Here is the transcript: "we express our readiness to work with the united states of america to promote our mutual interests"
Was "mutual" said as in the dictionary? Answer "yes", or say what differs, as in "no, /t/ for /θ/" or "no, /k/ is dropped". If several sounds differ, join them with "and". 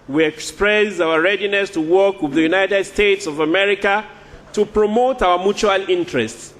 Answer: yes